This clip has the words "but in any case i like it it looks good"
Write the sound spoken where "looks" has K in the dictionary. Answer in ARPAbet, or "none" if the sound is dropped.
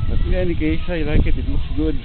none